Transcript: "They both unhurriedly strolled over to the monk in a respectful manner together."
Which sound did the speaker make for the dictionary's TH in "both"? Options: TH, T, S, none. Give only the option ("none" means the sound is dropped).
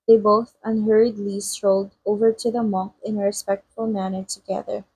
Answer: TH